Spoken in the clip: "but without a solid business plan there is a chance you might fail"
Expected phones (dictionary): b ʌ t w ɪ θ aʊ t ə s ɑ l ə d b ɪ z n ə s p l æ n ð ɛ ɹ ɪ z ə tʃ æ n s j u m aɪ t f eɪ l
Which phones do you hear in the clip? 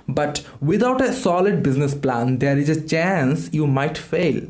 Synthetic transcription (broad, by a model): b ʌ t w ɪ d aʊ t ə s ɑ l ə d b ɪ z n ə s p l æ n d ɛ ɹ ɪ z ə tʃ æ n s j u m aɪ t f eɪ l